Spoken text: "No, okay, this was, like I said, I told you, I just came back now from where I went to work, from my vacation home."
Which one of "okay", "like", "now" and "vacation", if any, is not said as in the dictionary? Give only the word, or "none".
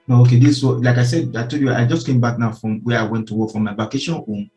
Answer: vacation